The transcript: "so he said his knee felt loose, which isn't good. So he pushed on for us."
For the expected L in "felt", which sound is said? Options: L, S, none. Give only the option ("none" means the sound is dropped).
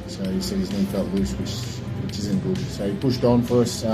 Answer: none